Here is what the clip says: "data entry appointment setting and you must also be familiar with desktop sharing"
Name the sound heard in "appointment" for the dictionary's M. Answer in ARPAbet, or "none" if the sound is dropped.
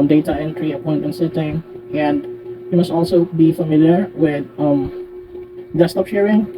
none